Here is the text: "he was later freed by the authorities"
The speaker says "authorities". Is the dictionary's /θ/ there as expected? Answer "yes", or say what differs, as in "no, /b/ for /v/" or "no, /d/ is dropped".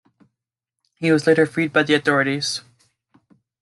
yes